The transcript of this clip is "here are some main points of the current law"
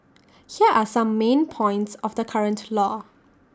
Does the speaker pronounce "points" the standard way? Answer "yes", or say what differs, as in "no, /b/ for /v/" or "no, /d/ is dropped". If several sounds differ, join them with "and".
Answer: yes